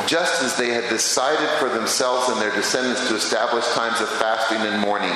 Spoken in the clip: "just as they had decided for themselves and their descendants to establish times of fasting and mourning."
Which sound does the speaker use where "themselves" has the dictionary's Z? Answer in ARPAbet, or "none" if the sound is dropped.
Z